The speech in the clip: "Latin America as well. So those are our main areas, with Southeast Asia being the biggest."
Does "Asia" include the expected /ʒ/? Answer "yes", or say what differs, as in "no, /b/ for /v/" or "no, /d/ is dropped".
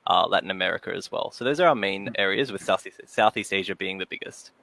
yes